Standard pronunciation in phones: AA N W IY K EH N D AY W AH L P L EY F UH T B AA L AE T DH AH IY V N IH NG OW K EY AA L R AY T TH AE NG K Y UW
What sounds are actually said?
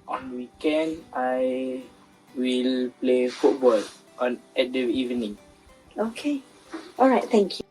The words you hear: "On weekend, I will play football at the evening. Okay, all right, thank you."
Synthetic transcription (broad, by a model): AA N W IY K EH N D AY W AH L P L EY F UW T B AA L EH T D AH IY V N IH NG OW K EY AA L R AY T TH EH NG K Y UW